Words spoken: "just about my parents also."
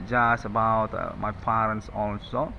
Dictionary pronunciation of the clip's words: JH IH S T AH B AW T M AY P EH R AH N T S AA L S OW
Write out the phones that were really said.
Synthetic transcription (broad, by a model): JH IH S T AH B AW T M AY P EH R AH N T S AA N S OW